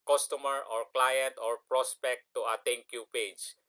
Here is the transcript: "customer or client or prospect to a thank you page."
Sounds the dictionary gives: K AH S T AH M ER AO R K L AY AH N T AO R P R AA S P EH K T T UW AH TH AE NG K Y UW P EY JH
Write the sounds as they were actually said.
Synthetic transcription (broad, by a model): K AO S T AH M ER AO R K L AY AH N T AO R P R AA S P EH K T T UW AH T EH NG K Y UW P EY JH